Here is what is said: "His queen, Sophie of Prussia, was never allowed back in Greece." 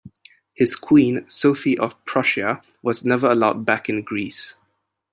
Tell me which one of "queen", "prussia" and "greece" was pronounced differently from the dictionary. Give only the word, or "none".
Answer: none